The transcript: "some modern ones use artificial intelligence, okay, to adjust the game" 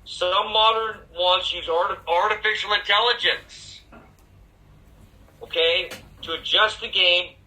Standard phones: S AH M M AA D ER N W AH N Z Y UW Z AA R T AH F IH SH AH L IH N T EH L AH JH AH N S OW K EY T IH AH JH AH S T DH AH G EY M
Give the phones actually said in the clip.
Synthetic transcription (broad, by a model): S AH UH M AA D ER N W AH Z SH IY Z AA R T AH F IH SH L IH N T EH L AH JH AH N S OW K EY T IH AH JH AH S T DH AH G EY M